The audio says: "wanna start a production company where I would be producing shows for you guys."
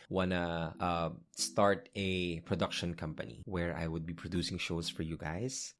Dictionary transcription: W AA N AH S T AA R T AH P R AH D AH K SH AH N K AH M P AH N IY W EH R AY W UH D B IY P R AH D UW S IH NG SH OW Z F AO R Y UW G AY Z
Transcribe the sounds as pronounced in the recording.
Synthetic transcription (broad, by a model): W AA N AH S T AA R T AH P R AH D AH K SH AH N K AH M P AH N IY W EH R AY W UH D B IY P R AH D UW S IH NG SH OW S F AO R Y UW G AY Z